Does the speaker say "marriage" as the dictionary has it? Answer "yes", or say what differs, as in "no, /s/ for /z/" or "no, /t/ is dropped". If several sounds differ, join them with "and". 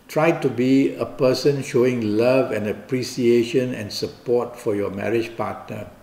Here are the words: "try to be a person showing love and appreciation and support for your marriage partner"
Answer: yes